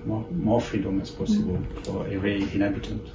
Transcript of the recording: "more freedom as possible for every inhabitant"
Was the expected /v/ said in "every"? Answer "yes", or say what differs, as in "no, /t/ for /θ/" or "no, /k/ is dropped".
no, /v/ is dropped